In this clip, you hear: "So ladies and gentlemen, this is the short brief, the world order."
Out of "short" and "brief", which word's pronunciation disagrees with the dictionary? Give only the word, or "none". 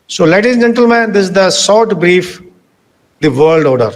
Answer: short